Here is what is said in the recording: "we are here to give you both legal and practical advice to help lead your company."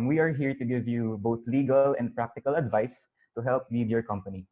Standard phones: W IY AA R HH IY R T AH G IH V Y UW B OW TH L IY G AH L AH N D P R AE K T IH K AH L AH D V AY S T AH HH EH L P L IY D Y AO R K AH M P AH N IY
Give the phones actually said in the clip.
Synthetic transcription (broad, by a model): W IY AA R HH IY R T AH G IH V Y UW B OW TH L IY G AH L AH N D P R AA K T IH K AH L AH D V AY S T AH HH EH L P L IY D Y AO R K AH M P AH N IY